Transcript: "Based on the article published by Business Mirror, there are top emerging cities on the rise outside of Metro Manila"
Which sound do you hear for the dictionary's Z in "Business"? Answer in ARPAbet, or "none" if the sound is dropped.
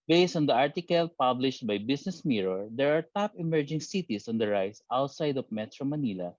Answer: S